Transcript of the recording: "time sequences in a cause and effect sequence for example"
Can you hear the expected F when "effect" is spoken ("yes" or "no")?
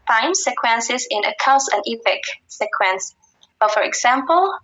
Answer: no